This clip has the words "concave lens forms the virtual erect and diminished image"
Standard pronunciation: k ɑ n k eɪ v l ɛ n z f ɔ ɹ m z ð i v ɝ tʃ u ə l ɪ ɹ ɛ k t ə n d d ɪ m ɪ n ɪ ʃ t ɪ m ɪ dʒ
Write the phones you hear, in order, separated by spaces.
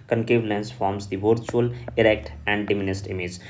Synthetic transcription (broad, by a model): k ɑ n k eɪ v l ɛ n s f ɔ ɹ m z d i v ɝ tʃ u ə l ɪ ɹ ɛ k t ə n d d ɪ m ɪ n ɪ s t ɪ m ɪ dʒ